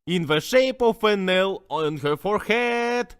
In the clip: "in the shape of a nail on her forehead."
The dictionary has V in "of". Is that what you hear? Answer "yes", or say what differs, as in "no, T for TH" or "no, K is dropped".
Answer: no, F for V